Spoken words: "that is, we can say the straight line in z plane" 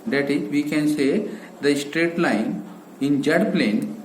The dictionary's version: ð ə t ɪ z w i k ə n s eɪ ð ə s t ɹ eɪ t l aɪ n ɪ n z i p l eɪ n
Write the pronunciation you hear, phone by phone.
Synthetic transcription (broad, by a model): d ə t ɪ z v i k ə n s eɪ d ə s t ɹ eɪ t l aɪ n ɪ n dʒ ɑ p l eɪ n